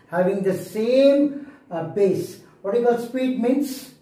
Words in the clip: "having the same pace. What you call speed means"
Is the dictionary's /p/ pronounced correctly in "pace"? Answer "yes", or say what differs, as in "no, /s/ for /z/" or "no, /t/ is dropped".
no, /b/ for /p/